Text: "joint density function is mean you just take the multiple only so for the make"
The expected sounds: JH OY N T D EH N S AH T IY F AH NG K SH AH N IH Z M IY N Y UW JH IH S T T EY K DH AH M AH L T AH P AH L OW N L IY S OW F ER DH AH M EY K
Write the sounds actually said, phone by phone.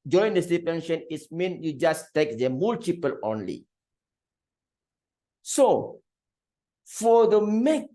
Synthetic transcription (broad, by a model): JH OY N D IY S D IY P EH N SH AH N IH S M IY N Y UW JH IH S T T EY K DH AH M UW L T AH P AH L OW N L IY S OW F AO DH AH M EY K